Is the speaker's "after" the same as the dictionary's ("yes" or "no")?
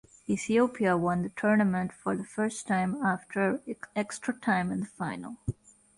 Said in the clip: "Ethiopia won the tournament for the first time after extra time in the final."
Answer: yes